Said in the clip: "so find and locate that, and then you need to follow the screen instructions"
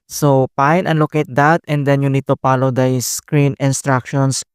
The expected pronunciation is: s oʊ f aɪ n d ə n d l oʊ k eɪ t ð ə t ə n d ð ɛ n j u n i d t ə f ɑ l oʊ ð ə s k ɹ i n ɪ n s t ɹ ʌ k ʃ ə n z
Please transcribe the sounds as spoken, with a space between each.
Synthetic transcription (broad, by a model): s oʊ p aɪ n ə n l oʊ k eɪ t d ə t ə n d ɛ n j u n i d t ə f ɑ l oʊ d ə s k ɹ i n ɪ n s t ɹ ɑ k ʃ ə n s